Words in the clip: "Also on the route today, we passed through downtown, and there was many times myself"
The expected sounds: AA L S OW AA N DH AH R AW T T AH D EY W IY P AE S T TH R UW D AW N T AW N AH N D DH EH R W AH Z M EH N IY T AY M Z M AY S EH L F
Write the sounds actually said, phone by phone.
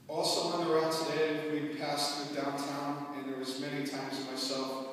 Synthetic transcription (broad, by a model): AA L S OW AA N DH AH R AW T T AH D EY W IY P AE S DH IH D AW N T AW N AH N DH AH R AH Z M EH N IY T AY M Z M AY S EH L F